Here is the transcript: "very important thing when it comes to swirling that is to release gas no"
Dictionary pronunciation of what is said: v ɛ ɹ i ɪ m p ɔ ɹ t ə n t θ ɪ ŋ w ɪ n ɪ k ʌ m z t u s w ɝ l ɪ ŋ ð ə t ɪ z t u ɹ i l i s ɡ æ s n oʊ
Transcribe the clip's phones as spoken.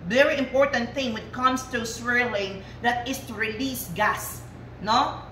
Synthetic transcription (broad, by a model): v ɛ ɹ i ɪ m p ɔ ɹ t ə n t θ ɪ ŋ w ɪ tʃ k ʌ m s t u s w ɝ l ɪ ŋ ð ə t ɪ s t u ɹ i l i s ɡ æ s n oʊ